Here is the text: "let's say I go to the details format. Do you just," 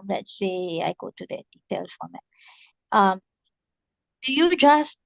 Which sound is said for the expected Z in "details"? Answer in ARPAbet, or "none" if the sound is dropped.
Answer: none